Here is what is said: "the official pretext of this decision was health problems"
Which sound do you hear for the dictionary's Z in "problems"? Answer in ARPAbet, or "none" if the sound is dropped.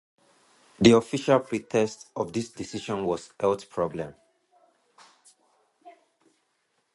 none